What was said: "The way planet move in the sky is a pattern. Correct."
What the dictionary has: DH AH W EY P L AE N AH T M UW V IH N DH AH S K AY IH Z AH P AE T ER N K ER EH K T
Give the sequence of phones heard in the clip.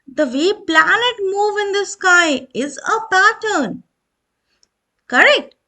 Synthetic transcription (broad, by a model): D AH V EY P L AE N AH T M UW V IH N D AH S K AY IH Z AH P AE T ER N K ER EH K T